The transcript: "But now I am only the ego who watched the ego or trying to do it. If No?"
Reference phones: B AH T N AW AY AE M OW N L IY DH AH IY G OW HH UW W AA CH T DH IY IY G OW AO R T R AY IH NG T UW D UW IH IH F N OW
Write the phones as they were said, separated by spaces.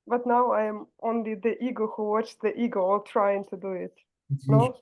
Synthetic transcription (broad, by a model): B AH T N AW AY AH M OW N L IY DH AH IY G OW HH UW W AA CH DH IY IY G OW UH L T R AY IH NG T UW D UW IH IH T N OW